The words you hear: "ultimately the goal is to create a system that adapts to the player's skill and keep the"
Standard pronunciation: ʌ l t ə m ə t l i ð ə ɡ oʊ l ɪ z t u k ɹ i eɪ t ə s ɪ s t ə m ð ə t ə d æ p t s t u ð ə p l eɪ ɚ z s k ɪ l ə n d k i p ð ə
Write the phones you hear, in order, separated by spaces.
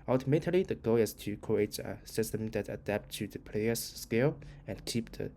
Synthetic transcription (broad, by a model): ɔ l t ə m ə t l i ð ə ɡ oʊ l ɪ s t u k i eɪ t ə s ɪ s t ə m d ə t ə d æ p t t u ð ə p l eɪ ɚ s k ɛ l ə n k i p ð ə